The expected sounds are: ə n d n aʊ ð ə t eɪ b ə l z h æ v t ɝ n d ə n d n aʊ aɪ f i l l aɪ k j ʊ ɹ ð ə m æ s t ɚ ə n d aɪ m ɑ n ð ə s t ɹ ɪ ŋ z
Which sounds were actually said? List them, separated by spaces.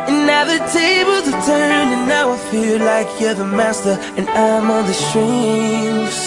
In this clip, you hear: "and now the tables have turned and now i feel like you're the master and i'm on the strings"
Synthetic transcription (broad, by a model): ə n n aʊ ð ə t eɪ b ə l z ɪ t ɝ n ə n n aʊ aɪ f i l l aɪ k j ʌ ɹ ð ə m æ s t ɚ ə n aɪ m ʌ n ð ə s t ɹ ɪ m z